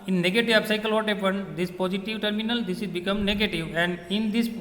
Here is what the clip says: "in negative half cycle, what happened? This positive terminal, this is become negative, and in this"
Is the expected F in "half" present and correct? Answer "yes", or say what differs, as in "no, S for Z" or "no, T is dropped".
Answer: no, P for F